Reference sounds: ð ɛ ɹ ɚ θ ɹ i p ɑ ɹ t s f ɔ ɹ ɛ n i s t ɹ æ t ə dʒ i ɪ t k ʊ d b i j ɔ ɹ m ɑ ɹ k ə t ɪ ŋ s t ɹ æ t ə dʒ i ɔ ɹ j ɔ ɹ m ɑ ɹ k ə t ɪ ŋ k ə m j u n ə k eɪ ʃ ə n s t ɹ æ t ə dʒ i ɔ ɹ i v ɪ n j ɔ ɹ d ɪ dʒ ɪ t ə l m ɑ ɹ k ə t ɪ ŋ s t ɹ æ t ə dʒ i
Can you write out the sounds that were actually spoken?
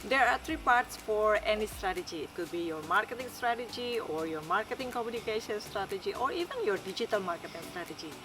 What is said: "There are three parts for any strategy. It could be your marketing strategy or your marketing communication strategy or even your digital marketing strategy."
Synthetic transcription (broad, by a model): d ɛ ɹ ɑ t ɹ i p ɑ ɹ t s f ɔ ɹ ɛ n i s t ɹ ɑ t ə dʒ i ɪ t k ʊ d b i j ɔ ɹ m ɑ ɹ k ə t ɪ ŋ s t ɹ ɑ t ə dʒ i ɔ ɹ j ɔ ɹ m ɑ ɹ k ə t ɪ ŋ k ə m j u n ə k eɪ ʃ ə n s t ɹ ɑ t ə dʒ i ɔ ɹ i v ɪ n j ɔ ɹ d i dʒ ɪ t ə l m ɑ ɹ k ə t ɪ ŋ s t ɹ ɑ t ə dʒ i